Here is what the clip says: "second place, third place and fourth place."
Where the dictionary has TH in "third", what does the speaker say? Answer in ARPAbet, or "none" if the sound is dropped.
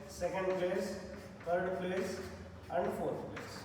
T